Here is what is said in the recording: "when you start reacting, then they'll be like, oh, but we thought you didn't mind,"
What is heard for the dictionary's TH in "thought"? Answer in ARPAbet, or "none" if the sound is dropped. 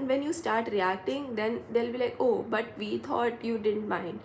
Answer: T